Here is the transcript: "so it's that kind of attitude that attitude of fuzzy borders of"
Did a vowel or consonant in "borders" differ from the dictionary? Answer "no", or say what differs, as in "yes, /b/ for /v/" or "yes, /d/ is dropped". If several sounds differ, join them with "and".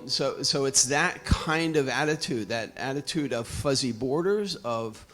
no